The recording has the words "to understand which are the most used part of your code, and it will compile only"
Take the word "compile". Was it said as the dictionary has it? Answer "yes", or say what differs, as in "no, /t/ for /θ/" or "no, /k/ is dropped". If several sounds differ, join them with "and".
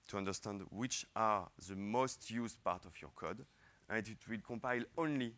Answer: yes